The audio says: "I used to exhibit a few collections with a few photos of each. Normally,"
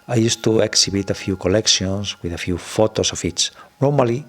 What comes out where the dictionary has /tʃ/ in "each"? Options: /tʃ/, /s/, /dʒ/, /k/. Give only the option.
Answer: /s/